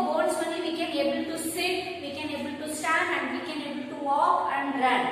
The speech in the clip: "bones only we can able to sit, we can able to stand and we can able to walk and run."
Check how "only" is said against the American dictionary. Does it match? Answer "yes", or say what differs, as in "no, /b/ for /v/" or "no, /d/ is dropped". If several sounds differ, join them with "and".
no, /l/ is dropped